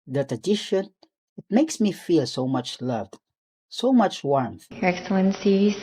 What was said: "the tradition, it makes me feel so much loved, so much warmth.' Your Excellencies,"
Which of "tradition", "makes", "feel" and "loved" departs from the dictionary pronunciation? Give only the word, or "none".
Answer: tradition